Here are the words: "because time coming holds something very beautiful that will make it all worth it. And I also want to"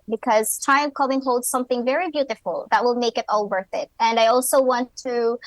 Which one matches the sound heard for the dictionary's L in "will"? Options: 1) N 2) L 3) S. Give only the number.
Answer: 2